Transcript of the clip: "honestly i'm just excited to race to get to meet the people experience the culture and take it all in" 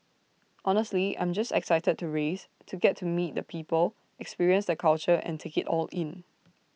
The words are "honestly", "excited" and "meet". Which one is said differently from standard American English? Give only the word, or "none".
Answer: none